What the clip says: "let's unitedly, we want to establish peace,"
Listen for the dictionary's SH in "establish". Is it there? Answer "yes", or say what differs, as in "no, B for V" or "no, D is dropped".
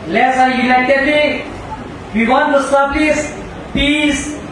no, S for SH